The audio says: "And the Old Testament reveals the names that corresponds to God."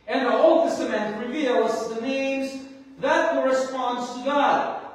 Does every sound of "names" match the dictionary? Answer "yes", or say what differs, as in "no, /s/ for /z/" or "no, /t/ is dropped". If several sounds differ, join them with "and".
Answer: yes